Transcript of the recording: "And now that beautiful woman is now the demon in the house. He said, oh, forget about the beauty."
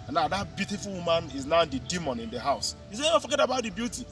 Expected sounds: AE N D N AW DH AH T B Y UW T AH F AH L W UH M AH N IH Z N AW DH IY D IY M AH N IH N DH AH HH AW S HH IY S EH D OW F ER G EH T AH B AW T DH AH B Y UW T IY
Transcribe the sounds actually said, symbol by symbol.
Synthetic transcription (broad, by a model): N N AW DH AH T B Y UW T AH F AH L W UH M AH N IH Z N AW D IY D IY M AH N IH N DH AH HH AW S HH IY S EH OW F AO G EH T AH B AW T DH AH B Y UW T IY